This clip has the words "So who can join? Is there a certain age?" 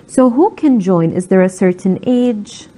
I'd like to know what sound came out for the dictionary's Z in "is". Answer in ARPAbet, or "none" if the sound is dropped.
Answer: Z